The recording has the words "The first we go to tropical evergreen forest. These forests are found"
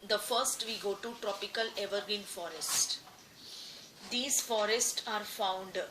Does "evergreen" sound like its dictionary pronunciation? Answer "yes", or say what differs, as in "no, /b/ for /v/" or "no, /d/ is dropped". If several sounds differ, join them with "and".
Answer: no, /ɹ/ is dropped